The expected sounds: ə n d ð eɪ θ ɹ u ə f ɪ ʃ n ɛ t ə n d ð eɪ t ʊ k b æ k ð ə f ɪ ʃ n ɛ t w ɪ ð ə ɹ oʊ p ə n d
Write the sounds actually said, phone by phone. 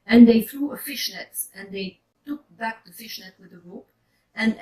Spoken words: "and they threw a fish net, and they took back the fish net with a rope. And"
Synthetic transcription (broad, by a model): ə n ð eɪ θ ɹ u ə f ɪ ʃ n ɛ t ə n ð eɪ t ʊ k b æ k ð ə f ɪ ʃ n ɛ t w ɪ ð ə ɹ oʊ p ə n